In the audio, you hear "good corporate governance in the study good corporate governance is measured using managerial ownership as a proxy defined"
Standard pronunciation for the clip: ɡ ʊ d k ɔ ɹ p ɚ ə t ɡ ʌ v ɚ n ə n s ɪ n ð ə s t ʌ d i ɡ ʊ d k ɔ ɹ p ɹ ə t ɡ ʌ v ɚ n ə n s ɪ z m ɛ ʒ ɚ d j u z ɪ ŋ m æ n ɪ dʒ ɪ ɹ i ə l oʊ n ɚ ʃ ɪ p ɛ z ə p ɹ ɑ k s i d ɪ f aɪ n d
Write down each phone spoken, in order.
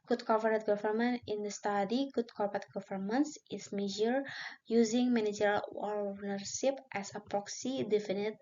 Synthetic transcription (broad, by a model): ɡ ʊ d k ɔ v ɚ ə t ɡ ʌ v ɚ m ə n ɪ n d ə s t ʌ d i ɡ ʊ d k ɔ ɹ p ə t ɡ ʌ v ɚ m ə n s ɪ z m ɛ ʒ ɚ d j u z ɪ ŋ m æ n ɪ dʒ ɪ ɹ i l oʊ n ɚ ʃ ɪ p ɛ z ə p ɹ ɑ k s i d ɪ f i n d